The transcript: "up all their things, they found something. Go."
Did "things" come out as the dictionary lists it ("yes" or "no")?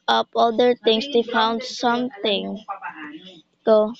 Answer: no